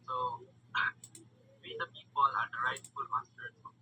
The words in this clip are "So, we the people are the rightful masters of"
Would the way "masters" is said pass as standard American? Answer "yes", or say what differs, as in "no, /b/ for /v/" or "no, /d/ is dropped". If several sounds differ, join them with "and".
no, /z/ is dropped